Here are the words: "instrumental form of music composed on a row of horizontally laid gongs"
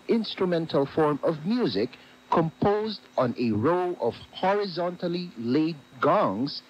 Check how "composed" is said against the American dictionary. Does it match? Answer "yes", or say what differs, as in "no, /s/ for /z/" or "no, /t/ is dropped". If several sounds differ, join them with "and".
yes